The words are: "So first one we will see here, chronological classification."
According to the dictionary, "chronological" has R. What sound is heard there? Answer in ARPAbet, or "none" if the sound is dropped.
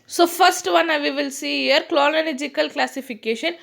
L